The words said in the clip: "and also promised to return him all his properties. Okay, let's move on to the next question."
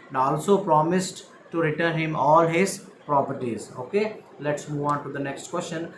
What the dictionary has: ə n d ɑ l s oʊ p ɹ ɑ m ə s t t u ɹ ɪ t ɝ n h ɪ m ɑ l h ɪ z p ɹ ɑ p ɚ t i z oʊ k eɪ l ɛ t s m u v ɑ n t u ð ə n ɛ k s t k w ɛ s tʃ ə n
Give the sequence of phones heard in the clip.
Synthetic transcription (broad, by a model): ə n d ɑ l s oʊ p ɹ ɑ m ə s t t u ɹ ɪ t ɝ n h ɪ m ɑ l h ɪ z p ɹ ɑ p ɚ t i z oʊ k eɪ l ɛ t s m u v ɑ n t u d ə n ɛ k s t k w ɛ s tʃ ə n